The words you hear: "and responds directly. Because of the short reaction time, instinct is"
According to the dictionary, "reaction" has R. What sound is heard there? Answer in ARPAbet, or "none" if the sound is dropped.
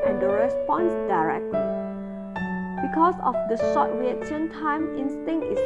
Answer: W